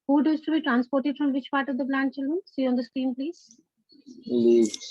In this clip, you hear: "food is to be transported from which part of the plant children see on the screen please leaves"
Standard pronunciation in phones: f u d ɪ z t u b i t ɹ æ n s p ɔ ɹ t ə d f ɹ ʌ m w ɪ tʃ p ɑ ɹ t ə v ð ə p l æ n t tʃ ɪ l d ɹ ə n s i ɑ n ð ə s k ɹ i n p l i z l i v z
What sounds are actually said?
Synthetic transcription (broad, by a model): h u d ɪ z t u b i t ɹ æ n s p ɔ ɹ t ə d f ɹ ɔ m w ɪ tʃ p ɑ ɹ t ə v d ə b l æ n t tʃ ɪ l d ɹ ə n s i ɑ n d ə s k ɹ i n p l i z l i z